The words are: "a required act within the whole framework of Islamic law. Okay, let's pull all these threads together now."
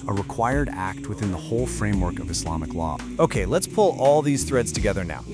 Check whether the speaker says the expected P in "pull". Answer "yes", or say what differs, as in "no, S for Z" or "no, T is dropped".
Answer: yes